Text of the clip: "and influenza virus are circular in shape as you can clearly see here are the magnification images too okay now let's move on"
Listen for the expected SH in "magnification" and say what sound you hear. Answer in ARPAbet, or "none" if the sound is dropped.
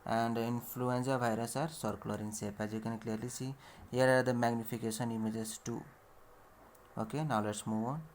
S